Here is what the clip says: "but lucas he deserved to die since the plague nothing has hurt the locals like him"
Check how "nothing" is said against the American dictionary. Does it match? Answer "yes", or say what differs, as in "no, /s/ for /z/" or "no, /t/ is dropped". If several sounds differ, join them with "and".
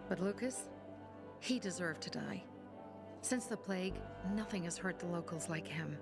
yes